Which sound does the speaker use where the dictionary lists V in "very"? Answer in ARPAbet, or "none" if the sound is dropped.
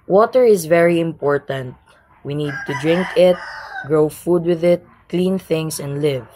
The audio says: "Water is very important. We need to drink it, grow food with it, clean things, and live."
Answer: V